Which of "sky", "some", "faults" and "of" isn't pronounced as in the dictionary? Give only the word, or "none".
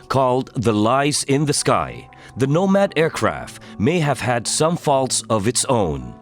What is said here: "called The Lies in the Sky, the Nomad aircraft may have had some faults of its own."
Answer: none